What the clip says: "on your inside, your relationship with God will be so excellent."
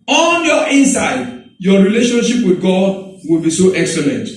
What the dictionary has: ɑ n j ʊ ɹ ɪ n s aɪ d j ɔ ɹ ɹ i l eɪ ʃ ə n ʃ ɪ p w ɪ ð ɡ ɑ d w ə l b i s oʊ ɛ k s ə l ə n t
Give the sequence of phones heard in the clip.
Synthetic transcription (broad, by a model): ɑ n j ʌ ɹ ɪ n s aɪ d j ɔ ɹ ɹ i l eɪ ʃ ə n ʃ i p w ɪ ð ɡ ɑ d w ə l b i s oʊ ɛ k s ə l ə n t